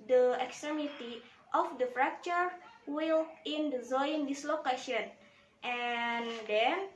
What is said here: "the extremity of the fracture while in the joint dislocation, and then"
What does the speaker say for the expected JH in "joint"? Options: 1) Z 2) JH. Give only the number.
1